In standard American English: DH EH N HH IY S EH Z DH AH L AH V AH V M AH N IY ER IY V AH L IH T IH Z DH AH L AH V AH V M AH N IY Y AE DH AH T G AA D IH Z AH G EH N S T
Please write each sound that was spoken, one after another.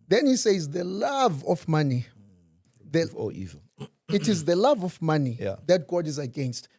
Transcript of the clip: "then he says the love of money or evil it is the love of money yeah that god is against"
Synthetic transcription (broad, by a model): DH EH N HH IY S EH Z DH AH L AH V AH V M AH N IY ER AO AH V IH T IH Z DH AH L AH V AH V M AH N IY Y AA DH AH T G AA D IH Z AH G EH N S T